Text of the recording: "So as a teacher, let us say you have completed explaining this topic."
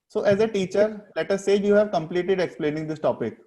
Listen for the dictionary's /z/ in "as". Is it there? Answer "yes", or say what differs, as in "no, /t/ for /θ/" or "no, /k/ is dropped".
yes